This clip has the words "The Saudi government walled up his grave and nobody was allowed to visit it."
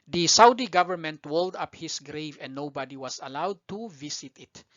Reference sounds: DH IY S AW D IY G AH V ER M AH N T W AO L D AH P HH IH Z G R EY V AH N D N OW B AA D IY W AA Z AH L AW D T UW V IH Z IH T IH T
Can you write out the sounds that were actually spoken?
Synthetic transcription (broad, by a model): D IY S AW D IY G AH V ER M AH N T W AO L D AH P HH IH S G R EY V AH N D N OW B AA D IY W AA S AH L AW D T UW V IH S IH T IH T